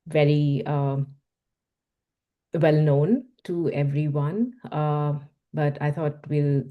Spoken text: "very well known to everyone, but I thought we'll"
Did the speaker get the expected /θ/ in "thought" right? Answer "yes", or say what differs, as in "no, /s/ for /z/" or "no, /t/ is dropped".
no, /t/ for /θ/